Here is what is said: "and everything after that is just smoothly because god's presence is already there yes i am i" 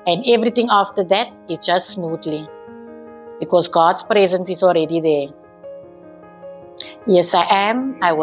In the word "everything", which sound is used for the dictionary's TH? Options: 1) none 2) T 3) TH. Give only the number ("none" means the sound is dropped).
2